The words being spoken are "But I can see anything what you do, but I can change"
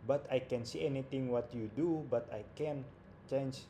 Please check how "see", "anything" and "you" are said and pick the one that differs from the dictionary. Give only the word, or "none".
anything